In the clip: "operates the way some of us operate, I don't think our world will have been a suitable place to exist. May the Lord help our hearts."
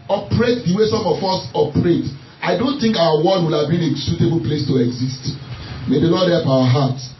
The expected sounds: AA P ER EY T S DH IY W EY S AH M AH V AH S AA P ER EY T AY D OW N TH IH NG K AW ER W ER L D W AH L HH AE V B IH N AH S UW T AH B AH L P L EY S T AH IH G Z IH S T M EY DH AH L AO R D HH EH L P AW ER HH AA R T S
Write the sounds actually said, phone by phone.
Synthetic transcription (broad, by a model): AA P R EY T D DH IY W EY S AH M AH F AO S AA P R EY T AY D OW N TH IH NG K AW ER W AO D W AH L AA V B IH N AH S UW T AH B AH L P L EY S T AH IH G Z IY S T M EY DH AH L AO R D HH EH L P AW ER HH AA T